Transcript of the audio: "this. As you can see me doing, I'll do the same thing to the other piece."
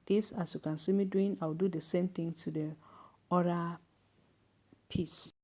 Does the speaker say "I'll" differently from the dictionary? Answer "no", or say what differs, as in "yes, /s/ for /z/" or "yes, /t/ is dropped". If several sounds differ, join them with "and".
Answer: yes, /w/ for /l/